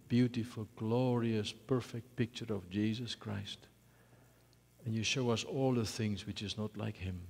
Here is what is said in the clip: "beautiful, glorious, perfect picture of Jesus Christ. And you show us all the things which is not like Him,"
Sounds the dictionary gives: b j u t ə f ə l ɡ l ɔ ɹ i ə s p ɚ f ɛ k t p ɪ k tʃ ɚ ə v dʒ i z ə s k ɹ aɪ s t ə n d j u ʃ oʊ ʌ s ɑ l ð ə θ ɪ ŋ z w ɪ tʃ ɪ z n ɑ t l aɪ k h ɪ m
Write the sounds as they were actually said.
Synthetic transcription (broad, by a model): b j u t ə f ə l ɡ l ɔ ɹ i ə s p ɚ f ɛ k t p ɪ k tʃ ɚ ə v dʒ i z ə s k ɹ aɪ s t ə n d j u ʃ oʊ ʌ s ɑ l ð ə θ ɪ ŋ z w ɪ tʃ ɪ z n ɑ t l aɪ k h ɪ m